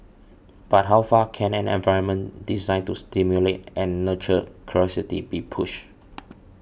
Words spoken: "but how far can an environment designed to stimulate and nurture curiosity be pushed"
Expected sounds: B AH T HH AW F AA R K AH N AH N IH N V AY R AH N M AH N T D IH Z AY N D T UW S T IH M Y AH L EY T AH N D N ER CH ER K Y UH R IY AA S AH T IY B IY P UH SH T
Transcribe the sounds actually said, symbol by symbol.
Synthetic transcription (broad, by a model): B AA T HH AW F AA K AH N AH N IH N V AY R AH N M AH N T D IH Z AY N T UW S T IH M Y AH L EY T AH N N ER CH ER K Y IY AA S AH T IY B IY P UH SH